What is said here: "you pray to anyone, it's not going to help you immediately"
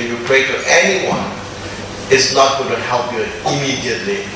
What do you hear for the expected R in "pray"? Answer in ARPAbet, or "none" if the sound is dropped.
R